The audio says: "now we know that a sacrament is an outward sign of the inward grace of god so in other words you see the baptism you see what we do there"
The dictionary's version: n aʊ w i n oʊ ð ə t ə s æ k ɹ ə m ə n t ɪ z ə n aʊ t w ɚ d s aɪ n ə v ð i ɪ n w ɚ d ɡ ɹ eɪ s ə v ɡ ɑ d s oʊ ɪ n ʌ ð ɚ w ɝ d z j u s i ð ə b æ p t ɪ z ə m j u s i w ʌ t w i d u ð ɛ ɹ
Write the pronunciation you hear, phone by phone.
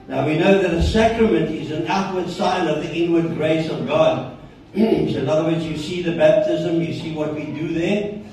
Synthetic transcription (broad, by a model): n aʊ w i n oʊ ð ə t ə s æ k ɹ ə m ə n t ɪ z ə n aʊ t w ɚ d s aɪ n ə v ð i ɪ n w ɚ d ɡ ɹ eɪ s ə v ɡ ɑ d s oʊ ɪ n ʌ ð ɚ w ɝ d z j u s i ð ə b æ p t ɪ z ə m j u s i w ʌ t w i d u ð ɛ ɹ